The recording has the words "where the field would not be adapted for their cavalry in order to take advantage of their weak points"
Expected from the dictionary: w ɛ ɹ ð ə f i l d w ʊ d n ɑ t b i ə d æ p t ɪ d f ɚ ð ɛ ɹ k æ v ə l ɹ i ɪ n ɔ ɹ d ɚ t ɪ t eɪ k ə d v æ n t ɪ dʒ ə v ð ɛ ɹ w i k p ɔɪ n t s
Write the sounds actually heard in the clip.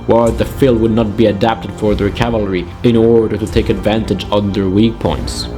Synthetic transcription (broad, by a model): w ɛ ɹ ð ə f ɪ l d w ʊ d n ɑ t b i ə d æ p t ɪ d f ɚ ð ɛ ɹ k æ v ə l ɹ i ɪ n ɔ ɹ d ɚ t ɪ t eɪ k ə d v æ n t ɪ dʒ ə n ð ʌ ɹ w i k p ɔɪ n t s